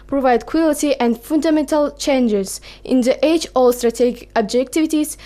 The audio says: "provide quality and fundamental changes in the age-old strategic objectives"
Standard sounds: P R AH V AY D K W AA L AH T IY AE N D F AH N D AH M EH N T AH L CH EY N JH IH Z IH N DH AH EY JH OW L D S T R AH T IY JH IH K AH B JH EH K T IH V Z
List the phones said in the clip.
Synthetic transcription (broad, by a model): P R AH V AY D K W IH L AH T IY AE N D F AH N D AH M EH N T AH L CH EY N JH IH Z IH N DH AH EY CH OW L S T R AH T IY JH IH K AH B JH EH K T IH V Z